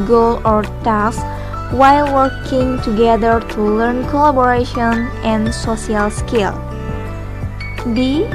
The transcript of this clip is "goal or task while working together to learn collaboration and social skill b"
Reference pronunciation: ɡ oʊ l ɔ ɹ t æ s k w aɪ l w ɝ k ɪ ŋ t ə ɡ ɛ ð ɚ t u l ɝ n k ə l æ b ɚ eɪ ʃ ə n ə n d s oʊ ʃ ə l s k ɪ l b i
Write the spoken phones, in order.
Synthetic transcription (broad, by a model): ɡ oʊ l ɔ ɹ t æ s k w aɪ l w ɝ k ɪ ŋ t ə ɡ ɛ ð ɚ t u l ɝ n k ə l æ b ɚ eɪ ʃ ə n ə n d s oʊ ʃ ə l s k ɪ l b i